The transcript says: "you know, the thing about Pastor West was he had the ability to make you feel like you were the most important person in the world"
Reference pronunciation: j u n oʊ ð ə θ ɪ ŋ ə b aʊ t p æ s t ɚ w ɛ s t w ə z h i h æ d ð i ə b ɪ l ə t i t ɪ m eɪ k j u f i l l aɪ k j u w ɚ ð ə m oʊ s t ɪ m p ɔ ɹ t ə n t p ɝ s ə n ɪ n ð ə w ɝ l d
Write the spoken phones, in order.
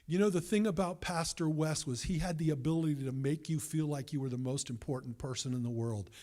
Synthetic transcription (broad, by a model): j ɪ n oʊ ð ə θ ɪ ŋ ə b aʊ t p æ s t ɚ w ɛ s t w ə z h i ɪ d ð i ə b ɪ l ə t i t ɪ m eɪ k j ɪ f i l l aɪ k j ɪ w ɚ ð ə m oʊ s t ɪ m p ɔ ɹ t n p ɝ s ə n ɪ n ð ə w ɝ l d